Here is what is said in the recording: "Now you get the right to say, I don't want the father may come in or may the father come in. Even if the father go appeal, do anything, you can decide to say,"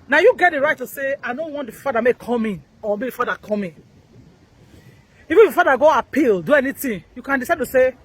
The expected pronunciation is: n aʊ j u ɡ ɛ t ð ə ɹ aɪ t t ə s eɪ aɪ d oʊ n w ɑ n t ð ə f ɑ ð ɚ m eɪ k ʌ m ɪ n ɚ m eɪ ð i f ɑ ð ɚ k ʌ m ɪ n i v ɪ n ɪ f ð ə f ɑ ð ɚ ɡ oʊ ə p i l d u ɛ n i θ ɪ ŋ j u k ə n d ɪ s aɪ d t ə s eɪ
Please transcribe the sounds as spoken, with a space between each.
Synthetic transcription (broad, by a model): n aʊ j u ɡ ɛ t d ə ɹ aɪ t t ə s eɪ aɪ d oʊ n w ɑ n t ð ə f ɑ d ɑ m eɪ k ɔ m ɪ n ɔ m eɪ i f ɑ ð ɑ k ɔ m ɪ n i v ɪ n ɪ f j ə f ɑ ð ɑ ɡ oʊ ə p i l d u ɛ n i t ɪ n j u k ə n d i s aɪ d t ə s eɪ